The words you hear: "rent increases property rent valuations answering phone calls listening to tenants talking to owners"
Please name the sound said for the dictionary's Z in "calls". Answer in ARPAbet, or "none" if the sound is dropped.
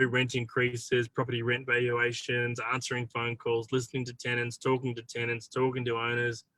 Z